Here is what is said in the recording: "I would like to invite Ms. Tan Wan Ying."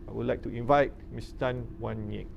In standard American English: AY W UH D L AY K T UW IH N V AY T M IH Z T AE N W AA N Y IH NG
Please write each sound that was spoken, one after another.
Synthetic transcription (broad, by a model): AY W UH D L AY K T UW IH N V AY T M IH S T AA N W AA N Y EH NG